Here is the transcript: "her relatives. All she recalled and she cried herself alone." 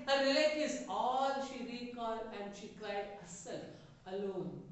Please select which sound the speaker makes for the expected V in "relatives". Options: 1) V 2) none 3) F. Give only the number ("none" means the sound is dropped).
2